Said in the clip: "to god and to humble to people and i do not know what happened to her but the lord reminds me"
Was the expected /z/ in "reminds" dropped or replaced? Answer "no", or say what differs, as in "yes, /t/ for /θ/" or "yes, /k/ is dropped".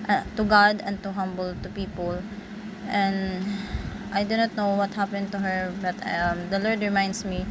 yes, /s/ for /z/